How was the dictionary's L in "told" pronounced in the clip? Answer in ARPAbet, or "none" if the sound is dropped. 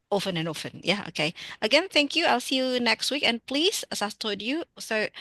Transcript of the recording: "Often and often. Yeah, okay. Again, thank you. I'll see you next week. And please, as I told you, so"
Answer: none